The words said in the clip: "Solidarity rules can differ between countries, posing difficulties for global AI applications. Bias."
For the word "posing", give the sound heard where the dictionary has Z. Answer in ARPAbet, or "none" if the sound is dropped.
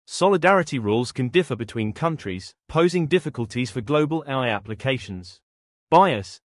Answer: Z